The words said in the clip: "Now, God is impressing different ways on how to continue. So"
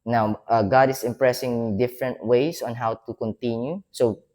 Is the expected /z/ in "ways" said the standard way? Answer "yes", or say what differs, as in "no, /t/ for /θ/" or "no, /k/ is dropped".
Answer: no, /s/ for /z/